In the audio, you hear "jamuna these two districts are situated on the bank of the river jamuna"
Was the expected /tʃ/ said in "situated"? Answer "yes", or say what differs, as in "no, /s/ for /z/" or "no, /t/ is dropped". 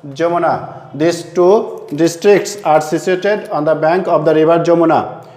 no, /s/ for /tʃ/